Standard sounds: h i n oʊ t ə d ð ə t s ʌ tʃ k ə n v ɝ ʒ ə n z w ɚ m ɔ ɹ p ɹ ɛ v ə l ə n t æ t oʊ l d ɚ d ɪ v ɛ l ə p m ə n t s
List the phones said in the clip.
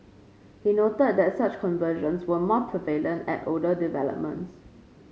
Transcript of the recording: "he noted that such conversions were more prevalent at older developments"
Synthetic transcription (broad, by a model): h i n oʊ t ə d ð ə t s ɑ tʃ k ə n v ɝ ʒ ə n s w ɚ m ɔ p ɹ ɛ v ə l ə n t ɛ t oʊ d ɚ d ɪ v ɛ l ə p m ə n t s